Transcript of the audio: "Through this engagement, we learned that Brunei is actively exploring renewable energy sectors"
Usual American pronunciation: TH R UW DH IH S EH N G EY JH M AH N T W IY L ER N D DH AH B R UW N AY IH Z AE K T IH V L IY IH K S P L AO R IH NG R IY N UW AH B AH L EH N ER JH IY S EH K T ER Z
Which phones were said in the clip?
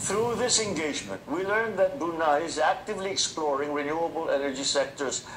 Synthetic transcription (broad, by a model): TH R UW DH IH S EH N G EY JH M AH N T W IY L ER N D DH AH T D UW N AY IH Z AE K T IH V L IY IH K S P L AO R IH NG R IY N UW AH B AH L EH N ER JH IY S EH K T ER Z